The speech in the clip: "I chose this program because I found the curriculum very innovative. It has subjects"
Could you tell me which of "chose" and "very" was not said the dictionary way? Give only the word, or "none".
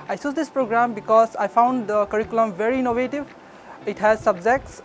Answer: chose